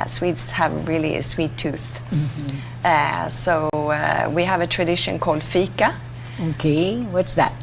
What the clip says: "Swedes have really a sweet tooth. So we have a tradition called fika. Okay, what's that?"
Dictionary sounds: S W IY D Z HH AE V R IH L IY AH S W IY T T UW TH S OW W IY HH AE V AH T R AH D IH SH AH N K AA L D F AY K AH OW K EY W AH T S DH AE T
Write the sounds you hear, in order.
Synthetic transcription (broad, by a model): S W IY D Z HH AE V R IH L IY AH S W IY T T UW TH S OW W IY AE V AH T R AH D IH SH AH N K AA L D F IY K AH OW K EY W AH T S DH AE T